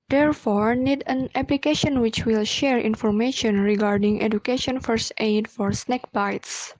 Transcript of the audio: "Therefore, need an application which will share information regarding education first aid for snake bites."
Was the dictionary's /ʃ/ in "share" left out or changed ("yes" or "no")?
no